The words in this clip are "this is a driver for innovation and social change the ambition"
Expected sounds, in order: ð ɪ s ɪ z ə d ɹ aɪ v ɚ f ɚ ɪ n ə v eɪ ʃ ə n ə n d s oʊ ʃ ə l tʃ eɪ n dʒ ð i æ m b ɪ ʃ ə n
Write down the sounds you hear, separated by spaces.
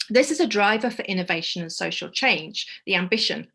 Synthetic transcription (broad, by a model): ð ɪ s ɪ z ə d ɹ aɪ v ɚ f ɚ ɪ n ə v eɪ ʃ ə n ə n s oʊ ʃ ə l tʃ eɪ n dʒ ð i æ m b ɪ ʃ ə n